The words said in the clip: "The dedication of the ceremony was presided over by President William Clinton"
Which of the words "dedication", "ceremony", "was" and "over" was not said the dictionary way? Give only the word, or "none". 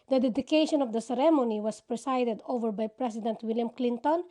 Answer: was